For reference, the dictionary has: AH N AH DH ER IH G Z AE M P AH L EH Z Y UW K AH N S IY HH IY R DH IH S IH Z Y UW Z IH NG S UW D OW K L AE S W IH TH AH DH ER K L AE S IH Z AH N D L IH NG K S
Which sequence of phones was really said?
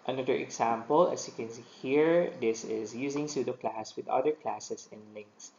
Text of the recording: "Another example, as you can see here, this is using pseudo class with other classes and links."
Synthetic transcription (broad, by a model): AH N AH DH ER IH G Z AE M P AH L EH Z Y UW K AH N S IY HH IY R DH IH S IH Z Y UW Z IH NG S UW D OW K L AE S W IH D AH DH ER K L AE S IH S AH N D L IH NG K S